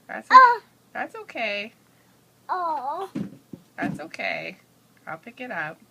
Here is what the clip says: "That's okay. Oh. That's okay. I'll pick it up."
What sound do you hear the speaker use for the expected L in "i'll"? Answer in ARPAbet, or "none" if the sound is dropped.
L